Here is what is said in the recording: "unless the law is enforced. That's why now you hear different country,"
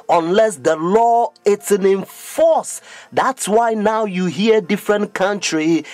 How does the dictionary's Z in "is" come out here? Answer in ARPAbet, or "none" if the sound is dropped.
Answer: S